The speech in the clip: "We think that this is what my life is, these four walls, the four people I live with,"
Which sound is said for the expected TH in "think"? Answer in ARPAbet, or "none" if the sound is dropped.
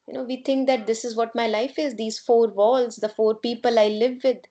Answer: T